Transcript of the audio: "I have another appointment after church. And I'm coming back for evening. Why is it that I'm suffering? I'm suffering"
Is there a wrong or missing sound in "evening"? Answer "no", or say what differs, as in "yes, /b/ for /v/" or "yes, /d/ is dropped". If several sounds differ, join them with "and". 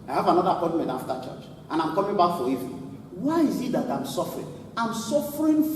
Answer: yes, /n/ is dropped